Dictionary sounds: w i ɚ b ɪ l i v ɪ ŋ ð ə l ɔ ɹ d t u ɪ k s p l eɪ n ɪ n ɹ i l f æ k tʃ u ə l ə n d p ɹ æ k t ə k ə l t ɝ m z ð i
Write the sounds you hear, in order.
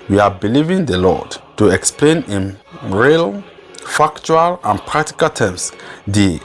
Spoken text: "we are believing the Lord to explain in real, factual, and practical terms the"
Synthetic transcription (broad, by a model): w i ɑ b ɪ l i v ɪ ŋ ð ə l ɔ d t u ɪ k s p l eɪ n ɪ n ɹ i l f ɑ k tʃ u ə l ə n p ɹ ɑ k t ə k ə l t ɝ m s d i